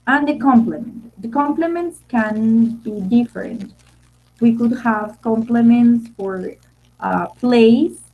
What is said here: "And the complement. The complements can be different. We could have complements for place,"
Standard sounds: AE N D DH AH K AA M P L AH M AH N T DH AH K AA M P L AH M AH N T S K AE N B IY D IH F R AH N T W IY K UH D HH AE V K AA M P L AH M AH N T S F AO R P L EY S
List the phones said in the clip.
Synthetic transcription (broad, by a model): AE N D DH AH K AA M P L AH M AH N T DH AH K AA M P L AH M AH N T S K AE N B IY D IH F R AH N T W IY K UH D HH AE V K AA M P L AH M AH N T S F AO R P L EY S